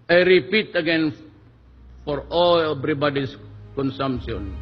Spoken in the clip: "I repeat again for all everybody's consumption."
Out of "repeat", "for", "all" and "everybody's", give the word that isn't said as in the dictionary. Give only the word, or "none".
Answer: everybody's